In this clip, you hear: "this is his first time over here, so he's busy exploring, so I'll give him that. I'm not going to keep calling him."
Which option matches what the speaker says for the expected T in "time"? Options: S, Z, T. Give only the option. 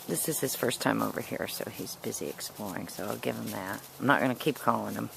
T